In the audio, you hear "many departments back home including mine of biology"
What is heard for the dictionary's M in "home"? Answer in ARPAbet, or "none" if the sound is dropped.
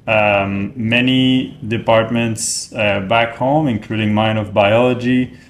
M